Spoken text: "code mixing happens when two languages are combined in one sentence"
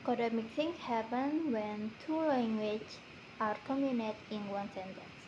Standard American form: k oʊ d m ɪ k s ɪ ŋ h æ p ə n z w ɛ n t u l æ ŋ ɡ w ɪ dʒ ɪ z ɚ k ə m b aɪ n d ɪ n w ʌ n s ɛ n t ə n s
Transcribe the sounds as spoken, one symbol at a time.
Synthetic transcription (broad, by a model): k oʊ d m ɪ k θ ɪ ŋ h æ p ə n w ɛ n t u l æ ŋ ɡ w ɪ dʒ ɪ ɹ k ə m i n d ɪ n w ʌ n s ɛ n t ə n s